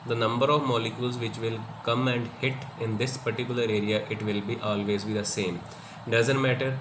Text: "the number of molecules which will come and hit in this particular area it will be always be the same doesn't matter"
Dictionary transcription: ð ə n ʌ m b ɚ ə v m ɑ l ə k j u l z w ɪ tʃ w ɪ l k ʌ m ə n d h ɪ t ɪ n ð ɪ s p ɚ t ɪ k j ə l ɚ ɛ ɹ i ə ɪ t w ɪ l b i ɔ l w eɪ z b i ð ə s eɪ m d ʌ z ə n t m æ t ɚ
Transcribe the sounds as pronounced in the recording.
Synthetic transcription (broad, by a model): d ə n ʌ m b ɚ ə v m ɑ l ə k j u l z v ɪ tʃ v ɪ l k ʌ m ə n d h ɪ t ɪ n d ɪ s p ɚ t ɪ k j ə l ɚ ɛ ɹ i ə ɪ t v ɪ l b i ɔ l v eɪ z b i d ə s eɪ m d ʌ z ə n t m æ t ɚ